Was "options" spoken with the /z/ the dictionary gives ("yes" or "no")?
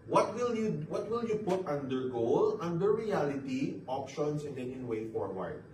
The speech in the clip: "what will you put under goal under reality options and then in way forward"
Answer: no